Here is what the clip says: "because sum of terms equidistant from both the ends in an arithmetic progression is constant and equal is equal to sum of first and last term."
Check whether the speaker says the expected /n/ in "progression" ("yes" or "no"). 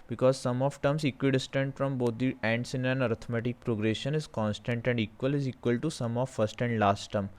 yes